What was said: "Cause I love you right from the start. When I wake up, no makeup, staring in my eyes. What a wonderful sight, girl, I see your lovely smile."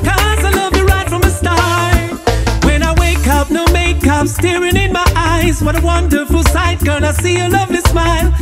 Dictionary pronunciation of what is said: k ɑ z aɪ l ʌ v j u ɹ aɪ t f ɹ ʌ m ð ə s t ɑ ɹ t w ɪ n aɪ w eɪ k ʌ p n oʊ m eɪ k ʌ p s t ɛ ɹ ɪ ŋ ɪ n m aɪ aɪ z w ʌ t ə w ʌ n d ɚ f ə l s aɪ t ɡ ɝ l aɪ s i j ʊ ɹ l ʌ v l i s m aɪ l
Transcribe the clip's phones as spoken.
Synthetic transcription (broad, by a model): k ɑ z aɪ l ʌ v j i ɹ aɪ t f ɹ ʌ m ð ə s t ɑ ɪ w ɪ n aɪ w eɪ k ʌ p n oʊ m eɪ k ʌ p s t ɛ ɹ ɪ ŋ ɪ n m aɪ aɪ z w ʌ t ə w ʌ n d ɚ f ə l s aɪ t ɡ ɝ n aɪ s i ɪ l ʌ v l i s m aɪ l